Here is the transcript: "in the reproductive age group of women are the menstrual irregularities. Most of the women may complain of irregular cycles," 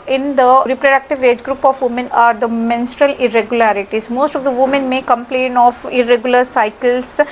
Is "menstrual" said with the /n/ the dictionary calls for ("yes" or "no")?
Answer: yes